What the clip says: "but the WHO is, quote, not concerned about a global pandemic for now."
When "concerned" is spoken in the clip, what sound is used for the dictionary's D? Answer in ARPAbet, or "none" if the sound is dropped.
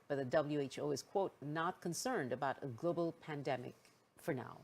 D